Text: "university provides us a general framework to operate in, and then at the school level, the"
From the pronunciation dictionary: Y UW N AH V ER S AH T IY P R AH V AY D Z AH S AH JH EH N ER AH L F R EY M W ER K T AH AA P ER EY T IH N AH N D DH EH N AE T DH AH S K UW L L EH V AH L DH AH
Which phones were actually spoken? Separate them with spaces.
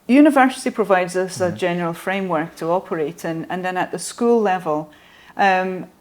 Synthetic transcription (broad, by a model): Y UW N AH V ER S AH T IY P R AH V AY D Z AH S AH JH EH N ER AH L F R EY M W ER K T AH AA P ER EY T IH N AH N DH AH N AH T DH AH S K UW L L EH V AH L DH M